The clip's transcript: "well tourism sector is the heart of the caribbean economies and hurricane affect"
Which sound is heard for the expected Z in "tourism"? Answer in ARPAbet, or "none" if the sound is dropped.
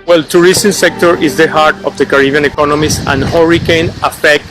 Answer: S